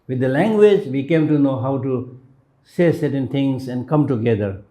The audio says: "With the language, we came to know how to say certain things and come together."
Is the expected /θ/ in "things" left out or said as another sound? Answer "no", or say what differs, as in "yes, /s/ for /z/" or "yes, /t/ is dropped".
yes, /t/ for /θ/